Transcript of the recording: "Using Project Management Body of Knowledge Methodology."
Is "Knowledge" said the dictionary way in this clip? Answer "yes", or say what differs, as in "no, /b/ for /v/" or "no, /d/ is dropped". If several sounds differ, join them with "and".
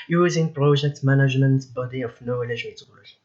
no, /l/ is dropped